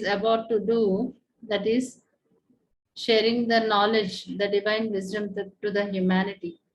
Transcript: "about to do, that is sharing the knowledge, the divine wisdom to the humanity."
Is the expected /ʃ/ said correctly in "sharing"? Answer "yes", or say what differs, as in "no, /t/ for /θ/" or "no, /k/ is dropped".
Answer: yes